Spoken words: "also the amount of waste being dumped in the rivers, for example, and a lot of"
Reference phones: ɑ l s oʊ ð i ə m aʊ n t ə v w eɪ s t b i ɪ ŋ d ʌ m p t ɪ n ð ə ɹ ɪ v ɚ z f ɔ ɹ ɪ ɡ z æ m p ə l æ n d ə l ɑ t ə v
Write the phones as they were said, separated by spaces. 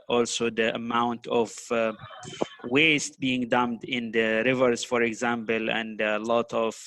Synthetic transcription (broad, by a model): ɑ l s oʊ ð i ə m aʊ n t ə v w eɪ s t b i ɪ ŋ d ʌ m t ɪ n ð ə ɹ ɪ v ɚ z f ɔ ɹ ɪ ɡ z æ m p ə l æ n d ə l ɑ t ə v